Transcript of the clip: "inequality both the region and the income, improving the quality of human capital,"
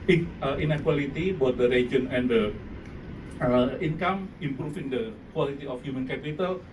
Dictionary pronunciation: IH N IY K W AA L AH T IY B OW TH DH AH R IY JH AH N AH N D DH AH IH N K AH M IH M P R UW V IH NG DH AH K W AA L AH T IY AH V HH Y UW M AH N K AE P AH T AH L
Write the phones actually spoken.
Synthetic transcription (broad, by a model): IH N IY K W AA L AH T IY B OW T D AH R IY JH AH N AH N D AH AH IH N K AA M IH M P R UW F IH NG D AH K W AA L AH T IY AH F HH Y UW M AH N K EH P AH T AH L